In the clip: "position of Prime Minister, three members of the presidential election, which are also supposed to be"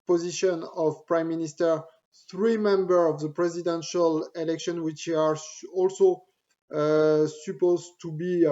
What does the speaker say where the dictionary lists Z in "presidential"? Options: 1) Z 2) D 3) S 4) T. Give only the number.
1